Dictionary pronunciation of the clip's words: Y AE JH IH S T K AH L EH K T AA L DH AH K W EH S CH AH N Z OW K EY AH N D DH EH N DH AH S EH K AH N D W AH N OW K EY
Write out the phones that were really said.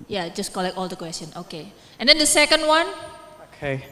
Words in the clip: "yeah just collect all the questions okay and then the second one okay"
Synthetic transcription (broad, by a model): Y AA JH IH S K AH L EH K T AA L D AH K W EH S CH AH N OW K EY AH N D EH N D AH S EH K AH N D W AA N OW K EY